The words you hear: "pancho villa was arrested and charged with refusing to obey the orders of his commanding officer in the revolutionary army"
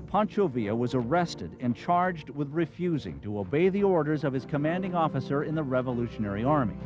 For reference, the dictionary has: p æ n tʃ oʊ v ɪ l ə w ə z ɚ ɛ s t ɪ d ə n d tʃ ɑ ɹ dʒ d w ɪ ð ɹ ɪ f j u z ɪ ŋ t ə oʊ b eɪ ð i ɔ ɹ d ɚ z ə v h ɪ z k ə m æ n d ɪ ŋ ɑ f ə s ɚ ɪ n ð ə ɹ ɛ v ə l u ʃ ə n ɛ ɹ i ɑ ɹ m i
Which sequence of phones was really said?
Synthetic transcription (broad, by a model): p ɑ n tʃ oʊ v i ə w ə z ɚ ɛ s t ɪ d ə n tʃ ɑ ɹ dʒ d w ɪ ð ɹ ɪ f j u z ɪ ŋ t ə oʊ b eɪ ð i ɔ ɹ d ɚ z ə v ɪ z k ə m æ n d ɪ ŋ ɑ f ə s ɚ ɪ n ð ə ɹ ɛ v ə l u ʃ ə n ɛ ɹ i ɑ ɹ m i